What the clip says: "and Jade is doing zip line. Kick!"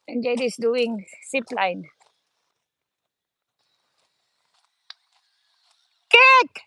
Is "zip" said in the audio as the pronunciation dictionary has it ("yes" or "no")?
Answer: no